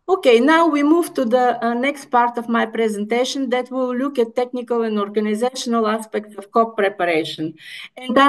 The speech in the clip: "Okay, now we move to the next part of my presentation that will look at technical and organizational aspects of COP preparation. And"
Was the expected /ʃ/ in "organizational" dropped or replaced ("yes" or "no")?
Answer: no